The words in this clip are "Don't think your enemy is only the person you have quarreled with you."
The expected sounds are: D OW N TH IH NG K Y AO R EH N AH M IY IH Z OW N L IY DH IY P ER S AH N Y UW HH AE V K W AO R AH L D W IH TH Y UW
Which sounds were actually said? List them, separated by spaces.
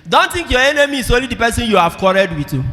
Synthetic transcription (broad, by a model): D OW N T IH NG K Y AO EH N AH M IY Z OW N L IY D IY P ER S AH N Y UW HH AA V K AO R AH D W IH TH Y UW